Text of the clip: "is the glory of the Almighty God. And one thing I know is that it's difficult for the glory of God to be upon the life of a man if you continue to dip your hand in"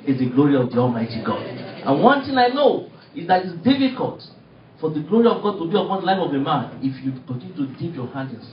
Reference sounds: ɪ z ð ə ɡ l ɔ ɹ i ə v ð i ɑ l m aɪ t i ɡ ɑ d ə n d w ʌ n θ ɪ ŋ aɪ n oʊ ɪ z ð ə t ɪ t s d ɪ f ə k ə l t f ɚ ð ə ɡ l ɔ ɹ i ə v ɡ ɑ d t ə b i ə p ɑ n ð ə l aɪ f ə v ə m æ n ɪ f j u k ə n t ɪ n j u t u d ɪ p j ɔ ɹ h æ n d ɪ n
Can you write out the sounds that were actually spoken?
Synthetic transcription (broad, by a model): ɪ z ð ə ɡ l ɔ ɹ i ə v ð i ɑ l m aɪ t i ɡ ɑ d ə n w ʌ n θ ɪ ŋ aɪ n oʊ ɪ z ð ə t ɪ t s d ɪ f ə k ə l t f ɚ ð ə ɡ l ɔ ɹ i ə v ɡ ɑ d t ə b i ə p ɑ n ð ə l aɪ f ə v ə m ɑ n ɪ f j u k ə n t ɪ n j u t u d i p j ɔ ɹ h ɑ n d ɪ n